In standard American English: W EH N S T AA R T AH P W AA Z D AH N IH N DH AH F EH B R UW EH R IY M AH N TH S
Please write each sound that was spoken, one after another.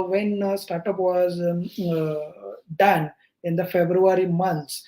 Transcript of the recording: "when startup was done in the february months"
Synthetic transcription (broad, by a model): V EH N S T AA R T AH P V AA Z D AH N IH N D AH F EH B R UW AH R IY M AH N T S